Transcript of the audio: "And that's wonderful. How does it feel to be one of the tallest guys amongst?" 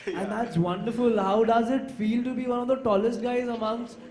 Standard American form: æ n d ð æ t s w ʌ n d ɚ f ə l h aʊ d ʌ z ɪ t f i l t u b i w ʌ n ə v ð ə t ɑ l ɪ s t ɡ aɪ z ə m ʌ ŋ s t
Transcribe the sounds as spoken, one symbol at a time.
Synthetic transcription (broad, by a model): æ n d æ t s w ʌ n d ɚ f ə l h aʊ d ʌ z ɪ t f i l t u b i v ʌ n ə v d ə t ɑ l ɪ s t ɡ aɪ z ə m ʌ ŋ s